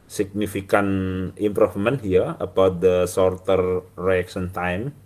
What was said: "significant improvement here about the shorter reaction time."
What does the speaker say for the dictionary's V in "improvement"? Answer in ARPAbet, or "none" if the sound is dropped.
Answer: F